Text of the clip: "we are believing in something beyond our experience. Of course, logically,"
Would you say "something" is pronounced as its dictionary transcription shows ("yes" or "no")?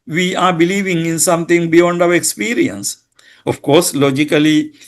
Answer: no